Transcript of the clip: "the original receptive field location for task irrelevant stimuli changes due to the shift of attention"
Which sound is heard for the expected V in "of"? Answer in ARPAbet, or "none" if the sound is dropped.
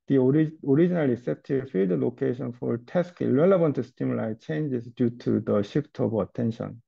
B